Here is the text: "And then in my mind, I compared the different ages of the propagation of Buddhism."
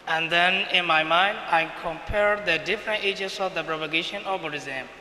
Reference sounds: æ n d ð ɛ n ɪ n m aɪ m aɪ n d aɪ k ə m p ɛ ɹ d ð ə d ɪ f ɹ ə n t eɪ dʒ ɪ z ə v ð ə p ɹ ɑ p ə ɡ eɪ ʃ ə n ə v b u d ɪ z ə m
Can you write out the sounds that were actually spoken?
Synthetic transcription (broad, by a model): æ n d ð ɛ n ɪ n m aɪ m aɪ n d aɪ k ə m p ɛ ɹ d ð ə d ɪ f ɹ ə n t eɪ dʒ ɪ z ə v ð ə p ɹ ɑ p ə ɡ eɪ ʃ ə n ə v b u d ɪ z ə m